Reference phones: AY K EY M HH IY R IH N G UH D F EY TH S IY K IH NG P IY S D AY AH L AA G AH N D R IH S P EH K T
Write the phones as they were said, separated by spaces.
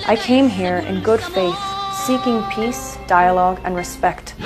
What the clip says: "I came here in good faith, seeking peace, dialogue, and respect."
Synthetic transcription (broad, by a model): AY K EY M HH IY R IH N G UH D F EY TH S IY K IH NG P IY S D AY AH L AA G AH N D R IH S P EH K T